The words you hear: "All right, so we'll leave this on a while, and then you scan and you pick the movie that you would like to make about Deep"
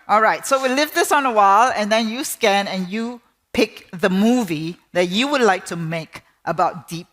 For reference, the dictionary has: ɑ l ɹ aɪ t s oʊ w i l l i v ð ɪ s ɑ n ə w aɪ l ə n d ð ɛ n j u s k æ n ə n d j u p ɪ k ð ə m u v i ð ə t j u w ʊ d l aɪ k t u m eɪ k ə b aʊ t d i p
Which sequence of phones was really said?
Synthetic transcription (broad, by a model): ɑ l ɹ aɪ t s oʊ w i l l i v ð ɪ s ɑ n ə w aɪ l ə n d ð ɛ n j u s k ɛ n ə n j u p ɪ k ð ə m u v i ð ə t j u w ʊ d l aɪ k t u m eɪ k ə b aʊ t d i p